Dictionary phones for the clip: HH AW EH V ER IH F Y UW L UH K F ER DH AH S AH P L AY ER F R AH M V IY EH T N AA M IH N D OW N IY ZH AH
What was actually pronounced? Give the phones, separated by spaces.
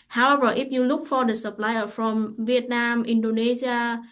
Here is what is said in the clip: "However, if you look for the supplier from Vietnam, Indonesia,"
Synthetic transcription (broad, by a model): HH AW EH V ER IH P Y UW L UH K F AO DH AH S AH P L AY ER F R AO M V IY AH T N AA M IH N D OW N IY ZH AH